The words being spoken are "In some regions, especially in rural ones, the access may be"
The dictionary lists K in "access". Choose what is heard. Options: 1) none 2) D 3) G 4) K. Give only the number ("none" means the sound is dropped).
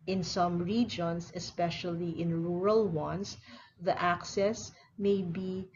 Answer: 4